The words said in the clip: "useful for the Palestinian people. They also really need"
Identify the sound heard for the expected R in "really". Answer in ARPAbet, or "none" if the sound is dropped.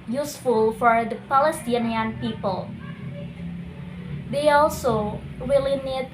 W